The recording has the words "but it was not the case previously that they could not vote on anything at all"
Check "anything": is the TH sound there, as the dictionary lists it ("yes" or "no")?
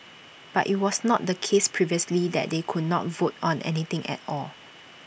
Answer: no